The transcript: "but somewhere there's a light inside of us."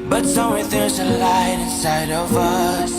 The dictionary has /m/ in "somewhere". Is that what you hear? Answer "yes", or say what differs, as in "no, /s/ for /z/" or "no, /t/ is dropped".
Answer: no, /m/ is dropped